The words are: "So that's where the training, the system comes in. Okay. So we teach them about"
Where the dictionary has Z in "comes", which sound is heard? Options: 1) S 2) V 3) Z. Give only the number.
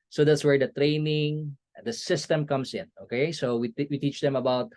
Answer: 1